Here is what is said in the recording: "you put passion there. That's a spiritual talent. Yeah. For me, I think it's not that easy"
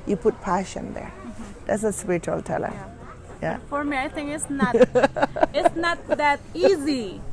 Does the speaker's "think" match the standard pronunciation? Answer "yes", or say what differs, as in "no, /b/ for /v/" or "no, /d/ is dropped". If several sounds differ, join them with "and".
no, /k/ is dropped